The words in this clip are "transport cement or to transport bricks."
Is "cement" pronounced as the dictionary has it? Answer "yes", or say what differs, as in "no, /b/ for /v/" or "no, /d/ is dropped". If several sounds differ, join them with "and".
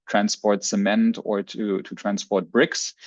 yes